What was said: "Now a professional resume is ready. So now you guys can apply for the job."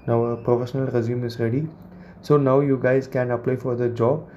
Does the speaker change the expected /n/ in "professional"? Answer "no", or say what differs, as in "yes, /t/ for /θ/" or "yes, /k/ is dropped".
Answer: no